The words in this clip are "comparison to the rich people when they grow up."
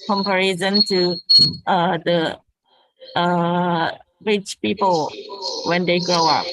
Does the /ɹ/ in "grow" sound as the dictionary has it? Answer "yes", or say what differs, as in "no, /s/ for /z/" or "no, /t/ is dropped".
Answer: no, /ɹ/ is dropped